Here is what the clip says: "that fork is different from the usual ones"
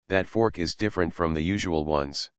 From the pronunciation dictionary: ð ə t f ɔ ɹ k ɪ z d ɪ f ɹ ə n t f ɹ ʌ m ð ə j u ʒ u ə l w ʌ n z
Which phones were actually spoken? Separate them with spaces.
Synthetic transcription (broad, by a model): ð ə t f ɔ ɹ k ɪ z d ɪ f ɹ ə n t f ɹ ʌ m ð ə j u ʒ u ə l w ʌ n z